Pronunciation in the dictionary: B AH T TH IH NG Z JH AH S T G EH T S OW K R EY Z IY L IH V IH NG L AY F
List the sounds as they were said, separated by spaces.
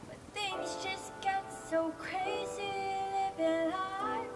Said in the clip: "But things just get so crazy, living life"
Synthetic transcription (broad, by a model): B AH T TH IH NG Z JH AH S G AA T S OW K R EY Z IY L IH B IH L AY